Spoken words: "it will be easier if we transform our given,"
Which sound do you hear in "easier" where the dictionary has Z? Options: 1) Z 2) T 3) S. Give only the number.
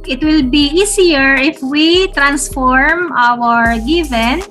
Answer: 3